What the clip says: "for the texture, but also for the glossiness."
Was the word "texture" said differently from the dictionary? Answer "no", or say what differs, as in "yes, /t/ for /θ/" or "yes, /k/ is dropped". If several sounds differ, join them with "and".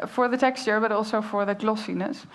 no